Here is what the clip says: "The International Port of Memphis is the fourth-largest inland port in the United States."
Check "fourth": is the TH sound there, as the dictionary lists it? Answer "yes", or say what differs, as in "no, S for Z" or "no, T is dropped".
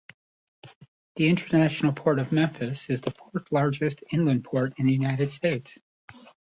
yes